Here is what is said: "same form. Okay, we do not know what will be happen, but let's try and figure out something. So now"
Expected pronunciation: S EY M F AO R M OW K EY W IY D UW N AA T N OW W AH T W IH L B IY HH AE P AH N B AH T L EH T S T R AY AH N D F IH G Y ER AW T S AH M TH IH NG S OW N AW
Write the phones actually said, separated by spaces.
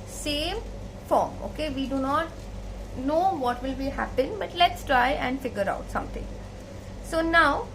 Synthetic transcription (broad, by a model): S EY M F AO R M OW K EY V IY D UW N AA T N OW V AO T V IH L B IY HH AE P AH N B AH T L EH T S T R AY AH N D F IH G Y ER AW T S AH M T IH NG S OW N AW